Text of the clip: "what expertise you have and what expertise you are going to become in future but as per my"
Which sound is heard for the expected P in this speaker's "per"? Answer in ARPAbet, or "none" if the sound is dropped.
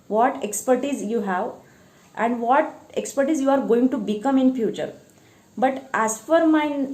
F